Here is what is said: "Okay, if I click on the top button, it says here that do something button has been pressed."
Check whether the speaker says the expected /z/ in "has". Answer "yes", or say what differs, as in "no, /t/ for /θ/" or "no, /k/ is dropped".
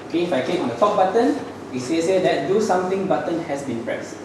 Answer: no, /s/ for /z/